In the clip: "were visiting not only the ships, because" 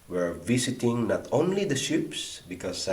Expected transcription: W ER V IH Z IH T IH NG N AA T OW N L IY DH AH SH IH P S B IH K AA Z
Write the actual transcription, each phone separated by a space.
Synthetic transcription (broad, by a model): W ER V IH S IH T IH NG N AA T OW N L IY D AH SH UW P S B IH K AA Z